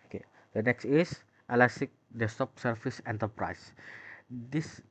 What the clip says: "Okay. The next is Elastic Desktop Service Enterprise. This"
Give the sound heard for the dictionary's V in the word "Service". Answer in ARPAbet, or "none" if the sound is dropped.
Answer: F